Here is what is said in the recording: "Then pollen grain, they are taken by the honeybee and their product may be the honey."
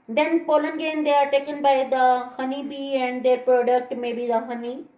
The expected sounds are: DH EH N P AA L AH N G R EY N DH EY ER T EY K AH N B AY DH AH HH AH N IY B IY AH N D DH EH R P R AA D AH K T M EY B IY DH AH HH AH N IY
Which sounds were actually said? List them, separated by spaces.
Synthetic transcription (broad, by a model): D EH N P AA L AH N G EY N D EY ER T EY K AH N B AY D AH HH AH N IY B IY AH N D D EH R P R AA D AH K T M EY B IY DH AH HH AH N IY